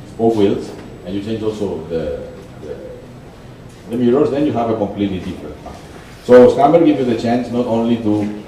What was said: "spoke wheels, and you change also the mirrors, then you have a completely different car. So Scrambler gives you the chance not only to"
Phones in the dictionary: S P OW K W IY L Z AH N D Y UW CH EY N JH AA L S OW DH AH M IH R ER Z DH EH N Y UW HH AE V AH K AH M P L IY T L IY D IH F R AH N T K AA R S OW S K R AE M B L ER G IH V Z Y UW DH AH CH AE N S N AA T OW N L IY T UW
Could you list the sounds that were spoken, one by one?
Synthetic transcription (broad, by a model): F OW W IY L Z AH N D Y UW CH EY N JH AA L S OW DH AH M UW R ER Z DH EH N Y UW HH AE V AH K AH M P L IY T L IY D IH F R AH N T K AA S OW S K AE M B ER G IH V Y UW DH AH CH AE N S N AA T OW N L IY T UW